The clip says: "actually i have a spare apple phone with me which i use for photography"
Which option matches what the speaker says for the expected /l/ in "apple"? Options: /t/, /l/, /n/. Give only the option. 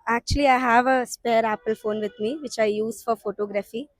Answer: /l/